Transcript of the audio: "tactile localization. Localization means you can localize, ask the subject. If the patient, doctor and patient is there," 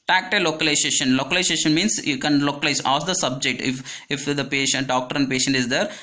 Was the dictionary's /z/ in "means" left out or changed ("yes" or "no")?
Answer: yes